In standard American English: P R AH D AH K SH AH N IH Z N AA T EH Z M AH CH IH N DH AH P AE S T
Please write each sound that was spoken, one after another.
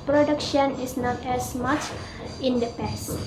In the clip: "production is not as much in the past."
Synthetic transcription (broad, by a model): P R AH D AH K SH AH N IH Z N AA T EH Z M AH CH IH N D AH P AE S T